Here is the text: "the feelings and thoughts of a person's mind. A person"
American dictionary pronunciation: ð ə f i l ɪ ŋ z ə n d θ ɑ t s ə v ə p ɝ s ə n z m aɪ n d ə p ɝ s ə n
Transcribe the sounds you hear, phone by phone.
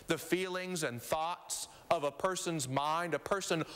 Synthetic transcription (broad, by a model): ð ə f i l ɪ ŋ z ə n θ ɑ t s ə v ə p ɝ s ə n z m aɪ n d ə p ɝ s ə n